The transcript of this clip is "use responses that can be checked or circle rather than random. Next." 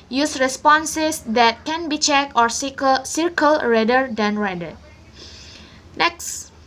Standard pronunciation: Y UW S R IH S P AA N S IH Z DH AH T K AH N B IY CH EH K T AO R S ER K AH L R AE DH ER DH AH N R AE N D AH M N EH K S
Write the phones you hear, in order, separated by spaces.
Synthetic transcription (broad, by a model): Y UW S R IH S P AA N S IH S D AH T K AH N B IY CH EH K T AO R S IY K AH L R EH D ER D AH N R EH D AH N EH K S